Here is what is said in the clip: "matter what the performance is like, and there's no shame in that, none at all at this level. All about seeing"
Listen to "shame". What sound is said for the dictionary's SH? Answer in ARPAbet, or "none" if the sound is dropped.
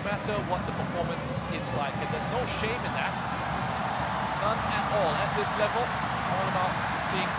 SH